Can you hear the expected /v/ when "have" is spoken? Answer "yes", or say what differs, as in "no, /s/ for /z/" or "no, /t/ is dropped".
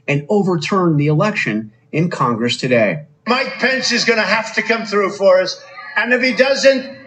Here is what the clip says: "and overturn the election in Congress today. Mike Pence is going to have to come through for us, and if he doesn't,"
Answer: no, /f/ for /v/